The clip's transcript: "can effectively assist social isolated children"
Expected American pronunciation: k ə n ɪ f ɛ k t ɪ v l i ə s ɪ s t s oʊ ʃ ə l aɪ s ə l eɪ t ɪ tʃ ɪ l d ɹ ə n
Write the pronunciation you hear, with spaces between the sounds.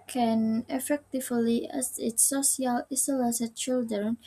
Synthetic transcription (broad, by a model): k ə n ɪ f ɛ k t ɪ v l i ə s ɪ t s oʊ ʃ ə l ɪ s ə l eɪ s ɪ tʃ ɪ l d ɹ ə n